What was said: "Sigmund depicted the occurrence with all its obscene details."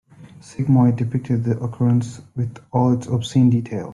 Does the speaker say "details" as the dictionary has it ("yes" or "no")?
no